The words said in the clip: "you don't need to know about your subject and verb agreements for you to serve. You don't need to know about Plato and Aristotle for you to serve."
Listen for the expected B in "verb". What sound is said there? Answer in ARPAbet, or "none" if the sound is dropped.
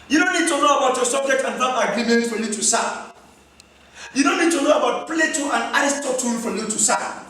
none